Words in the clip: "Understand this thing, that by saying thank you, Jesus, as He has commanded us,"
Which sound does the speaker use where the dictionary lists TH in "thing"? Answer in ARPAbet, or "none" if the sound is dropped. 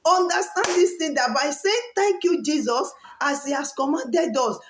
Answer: T